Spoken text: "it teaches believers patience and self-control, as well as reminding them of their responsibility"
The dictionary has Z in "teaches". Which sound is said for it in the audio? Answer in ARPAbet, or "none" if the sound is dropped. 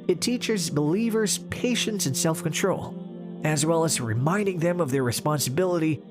Z